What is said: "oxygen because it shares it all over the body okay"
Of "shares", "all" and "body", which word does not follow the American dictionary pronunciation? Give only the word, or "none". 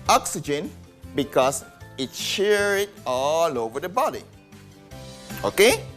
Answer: shares